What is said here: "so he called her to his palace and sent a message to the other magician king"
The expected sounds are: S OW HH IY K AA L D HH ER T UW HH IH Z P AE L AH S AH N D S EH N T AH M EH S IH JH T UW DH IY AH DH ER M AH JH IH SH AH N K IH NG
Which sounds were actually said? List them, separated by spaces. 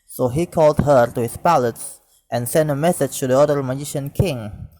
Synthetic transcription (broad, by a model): S OW HH IY K AA L D HH ER T UW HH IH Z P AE L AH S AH N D S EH N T AH M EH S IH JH T UW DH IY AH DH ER M AH JH IH SH AH N K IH NG